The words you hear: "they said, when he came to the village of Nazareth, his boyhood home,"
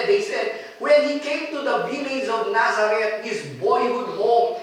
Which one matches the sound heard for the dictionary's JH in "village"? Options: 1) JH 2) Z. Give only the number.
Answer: 2